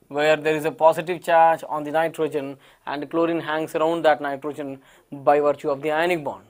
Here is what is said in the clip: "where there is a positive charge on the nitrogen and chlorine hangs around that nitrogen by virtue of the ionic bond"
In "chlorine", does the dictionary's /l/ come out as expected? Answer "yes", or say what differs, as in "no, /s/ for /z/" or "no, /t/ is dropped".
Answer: yes